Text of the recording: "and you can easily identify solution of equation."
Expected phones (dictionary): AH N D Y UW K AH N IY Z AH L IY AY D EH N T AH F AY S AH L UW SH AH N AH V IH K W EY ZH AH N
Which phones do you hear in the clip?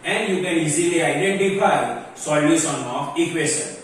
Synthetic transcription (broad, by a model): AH N D Y UW K AH N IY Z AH L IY AY D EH N T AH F AY S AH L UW S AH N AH F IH K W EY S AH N